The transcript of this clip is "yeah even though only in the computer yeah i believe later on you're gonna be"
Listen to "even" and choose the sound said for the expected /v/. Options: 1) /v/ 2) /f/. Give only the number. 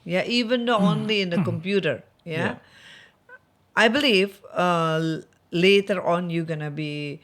1